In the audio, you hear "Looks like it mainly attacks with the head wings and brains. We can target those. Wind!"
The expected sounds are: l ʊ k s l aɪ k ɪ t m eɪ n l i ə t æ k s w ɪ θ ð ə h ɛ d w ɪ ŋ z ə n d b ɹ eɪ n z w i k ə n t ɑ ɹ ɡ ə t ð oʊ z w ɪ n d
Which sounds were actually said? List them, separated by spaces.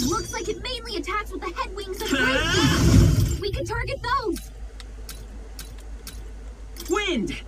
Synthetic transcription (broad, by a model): l ʊ k s l aɪ k ɪ t m eɪ n l i ə t æ k s w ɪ ð ə h ɛ d w ɪ ŋ z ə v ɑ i w i k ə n t ɑ ɹ ɡ ə t ð oʊ z w ɪ n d